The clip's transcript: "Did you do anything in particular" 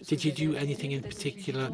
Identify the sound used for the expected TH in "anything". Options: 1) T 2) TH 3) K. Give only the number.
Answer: 2